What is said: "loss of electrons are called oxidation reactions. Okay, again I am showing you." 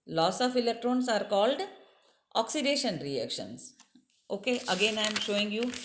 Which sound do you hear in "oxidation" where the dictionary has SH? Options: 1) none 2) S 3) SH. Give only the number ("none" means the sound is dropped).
3